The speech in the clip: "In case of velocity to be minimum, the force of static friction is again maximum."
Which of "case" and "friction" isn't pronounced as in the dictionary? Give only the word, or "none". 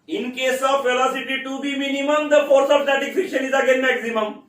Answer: friction